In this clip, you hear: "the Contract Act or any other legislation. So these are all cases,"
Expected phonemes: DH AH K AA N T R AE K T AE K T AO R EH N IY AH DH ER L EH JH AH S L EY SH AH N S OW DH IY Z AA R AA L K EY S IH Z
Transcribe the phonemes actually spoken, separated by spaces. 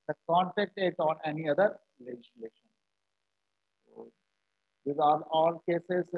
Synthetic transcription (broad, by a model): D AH K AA N T EH K T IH T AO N EH N IY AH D ER L EH JH AH S L EY SH AH N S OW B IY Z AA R AA L K EY S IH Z